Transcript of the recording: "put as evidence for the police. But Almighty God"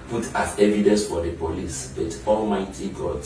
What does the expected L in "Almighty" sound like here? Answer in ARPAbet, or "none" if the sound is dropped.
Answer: L